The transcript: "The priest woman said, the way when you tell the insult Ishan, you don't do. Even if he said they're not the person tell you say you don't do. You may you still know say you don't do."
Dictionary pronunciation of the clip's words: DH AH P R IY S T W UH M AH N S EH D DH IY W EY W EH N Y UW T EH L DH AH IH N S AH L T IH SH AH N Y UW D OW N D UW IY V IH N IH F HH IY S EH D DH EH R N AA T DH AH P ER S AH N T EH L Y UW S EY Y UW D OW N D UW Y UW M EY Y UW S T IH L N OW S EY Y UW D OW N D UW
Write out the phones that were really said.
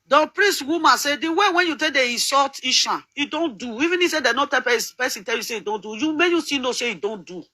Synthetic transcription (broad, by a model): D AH P R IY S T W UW M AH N S EH D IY W EY W EH N Y UW T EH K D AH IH S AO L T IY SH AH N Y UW D OW N D UW IY V IH N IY S EH D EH N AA T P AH P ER S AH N T EH L Y UW S EY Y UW D OW N D UW Y UW M EY Y UW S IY N OW S EY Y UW D OW N D UW